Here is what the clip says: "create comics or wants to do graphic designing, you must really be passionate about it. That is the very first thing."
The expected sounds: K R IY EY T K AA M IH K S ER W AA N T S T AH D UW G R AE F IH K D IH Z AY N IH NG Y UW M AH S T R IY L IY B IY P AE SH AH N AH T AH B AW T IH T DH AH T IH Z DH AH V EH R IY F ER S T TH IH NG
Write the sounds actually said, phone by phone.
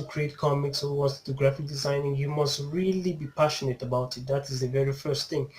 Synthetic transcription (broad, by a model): K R IY EY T K AA M IH K S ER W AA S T T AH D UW G R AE F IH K D IH Z AY N IH NG Y UW M AH S T R IY L IY B IY P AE SH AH N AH T AH B AW T IH T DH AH T IH Z DH AH V EH R IY F ER S T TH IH NG